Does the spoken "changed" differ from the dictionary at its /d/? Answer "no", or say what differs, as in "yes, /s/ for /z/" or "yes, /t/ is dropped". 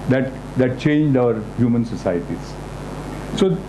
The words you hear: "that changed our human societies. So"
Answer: no